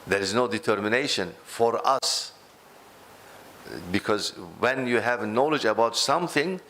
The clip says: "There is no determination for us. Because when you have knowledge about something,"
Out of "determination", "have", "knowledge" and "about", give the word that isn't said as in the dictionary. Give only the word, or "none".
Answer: none